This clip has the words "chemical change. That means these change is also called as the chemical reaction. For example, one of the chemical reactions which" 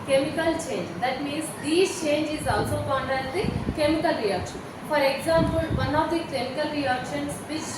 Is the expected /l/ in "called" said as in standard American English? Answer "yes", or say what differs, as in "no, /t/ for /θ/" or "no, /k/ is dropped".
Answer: no, /n/ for /l/